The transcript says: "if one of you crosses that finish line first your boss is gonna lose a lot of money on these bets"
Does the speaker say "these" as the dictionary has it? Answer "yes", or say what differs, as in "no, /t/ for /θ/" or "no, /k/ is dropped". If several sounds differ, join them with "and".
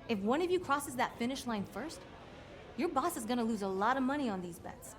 yes